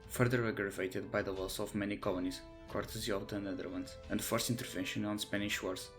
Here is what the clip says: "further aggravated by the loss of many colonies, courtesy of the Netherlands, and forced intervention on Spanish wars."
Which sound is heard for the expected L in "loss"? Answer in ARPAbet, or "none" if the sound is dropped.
W